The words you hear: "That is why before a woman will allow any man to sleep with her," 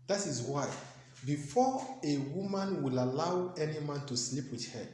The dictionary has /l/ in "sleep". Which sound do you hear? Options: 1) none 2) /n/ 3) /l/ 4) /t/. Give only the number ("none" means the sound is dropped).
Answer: 3